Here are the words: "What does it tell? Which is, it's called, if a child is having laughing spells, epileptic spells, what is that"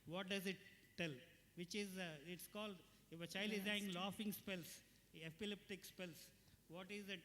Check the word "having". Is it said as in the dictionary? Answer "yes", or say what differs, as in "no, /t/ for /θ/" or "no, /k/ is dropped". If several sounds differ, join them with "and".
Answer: no, /v/ is dropped